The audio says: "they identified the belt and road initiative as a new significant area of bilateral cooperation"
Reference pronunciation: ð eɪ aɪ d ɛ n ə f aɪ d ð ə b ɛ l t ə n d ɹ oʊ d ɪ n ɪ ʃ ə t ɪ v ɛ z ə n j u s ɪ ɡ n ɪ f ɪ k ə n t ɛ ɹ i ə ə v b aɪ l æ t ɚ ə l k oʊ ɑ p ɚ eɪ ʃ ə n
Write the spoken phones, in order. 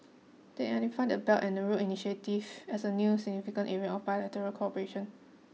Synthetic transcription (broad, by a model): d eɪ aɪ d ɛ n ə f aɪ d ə b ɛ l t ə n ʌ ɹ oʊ ɪ n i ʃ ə t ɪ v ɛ s ə n j u s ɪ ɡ n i f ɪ k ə n t ɛ ɹ i ə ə f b aɪ l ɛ t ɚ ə l k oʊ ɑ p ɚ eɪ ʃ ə n